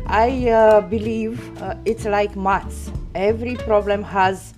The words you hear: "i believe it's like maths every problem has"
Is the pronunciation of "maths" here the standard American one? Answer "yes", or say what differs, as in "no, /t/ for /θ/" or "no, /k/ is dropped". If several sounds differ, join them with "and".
no, /t/ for /θ/